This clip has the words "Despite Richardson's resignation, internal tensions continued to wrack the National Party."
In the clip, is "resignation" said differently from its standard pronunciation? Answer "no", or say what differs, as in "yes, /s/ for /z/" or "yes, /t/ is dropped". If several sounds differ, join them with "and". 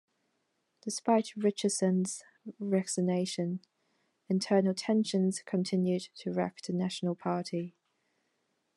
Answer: yes, /s/ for /z/